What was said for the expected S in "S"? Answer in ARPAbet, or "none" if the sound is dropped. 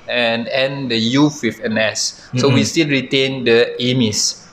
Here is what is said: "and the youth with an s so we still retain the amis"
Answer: S